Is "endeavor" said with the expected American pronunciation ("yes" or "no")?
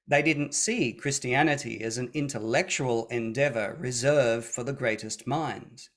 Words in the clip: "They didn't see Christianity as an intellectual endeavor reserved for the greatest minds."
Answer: yes